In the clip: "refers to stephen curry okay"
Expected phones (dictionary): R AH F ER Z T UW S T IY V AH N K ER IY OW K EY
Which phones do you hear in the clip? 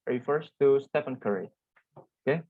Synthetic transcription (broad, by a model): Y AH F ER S T UW S T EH P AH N K ER IY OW K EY